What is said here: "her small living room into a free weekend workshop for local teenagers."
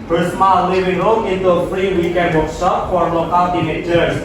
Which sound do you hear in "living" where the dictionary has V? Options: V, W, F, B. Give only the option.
W